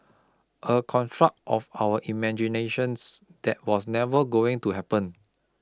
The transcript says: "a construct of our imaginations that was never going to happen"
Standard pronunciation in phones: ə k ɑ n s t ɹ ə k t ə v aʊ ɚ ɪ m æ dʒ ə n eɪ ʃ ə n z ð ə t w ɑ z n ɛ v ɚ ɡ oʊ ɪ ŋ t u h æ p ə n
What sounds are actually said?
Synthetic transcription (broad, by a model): ə k ɑ n t ɹ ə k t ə f aʊ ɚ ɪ m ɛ dʒ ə n eɪ ʃ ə n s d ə t w ɑ s n ɛ v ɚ ɡ oʊ ɪ ŋ t u h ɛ p ə n